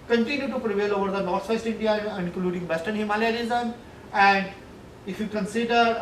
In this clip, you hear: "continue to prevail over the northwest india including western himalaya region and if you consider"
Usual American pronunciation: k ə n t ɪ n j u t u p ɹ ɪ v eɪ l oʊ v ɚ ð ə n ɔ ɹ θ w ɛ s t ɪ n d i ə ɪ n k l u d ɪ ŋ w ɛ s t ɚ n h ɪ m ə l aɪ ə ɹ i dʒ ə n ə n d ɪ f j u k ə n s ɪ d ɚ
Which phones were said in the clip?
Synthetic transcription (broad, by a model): k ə n t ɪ n j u t u p ɹ ɪ v eɪ l oʊ v ɚ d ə n ɔ ɹ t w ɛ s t ɪ n d i ə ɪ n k l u d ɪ ŋ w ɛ s t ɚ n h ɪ m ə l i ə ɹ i z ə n ə n d ɪ f j u k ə n s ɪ d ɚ